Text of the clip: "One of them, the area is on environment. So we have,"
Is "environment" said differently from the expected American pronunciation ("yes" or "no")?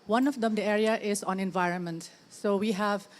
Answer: no